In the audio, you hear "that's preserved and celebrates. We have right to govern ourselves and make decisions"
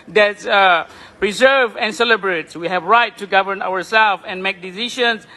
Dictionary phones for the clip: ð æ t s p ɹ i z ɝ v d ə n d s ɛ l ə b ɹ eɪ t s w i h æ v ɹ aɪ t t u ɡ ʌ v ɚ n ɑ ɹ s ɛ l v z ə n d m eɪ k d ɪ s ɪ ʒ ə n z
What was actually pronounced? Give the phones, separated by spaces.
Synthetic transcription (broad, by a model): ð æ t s p ɹ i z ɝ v ə n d s ɛ l ə b ɹ eɪ t s w i h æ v ɹ aɪ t t u ɡ ʌ v ɚ n ɑ ɹ s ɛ l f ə n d m eɪ k d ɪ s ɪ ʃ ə n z